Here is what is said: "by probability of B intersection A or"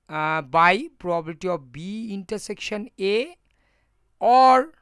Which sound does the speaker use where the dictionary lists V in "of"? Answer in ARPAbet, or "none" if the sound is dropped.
P